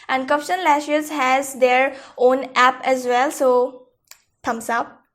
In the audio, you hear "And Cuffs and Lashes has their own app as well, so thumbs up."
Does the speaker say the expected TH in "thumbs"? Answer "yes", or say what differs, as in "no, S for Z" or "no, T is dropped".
no, T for TH